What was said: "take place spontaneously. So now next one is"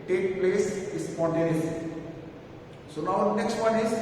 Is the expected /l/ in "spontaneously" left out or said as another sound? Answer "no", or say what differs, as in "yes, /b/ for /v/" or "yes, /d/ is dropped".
yes, /l/ is dropped